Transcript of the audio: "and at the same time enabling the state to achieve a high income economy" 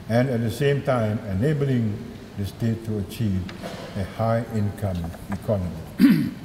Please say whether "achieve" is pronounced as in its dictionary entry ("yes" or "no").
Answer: yes